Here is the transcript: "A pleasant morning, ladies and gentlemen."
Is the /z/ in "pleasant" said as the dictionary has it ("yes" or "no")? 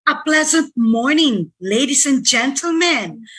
yes